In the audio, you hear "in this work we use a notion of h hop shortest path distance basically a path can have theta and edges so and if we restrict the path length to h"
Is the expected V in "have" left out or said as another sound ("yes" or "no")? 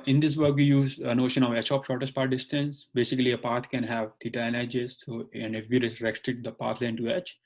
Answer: no